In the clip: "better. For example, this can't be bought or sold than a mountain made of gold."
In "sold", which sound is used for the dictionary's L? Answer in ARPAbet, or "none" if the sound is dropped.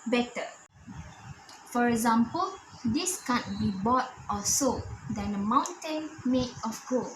none